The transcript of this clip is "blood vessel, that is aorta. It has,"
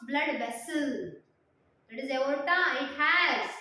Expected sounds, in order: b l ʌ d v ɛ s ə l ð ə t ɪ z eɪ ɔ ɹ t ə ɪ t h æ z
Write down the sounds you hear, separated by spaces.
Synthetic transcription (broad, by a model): b l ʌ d b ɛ s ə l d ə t ɪ z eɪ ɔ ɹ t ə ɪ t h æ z